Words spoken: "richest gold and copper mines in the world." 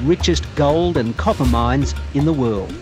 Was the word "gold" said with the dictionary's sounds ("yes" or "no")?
yes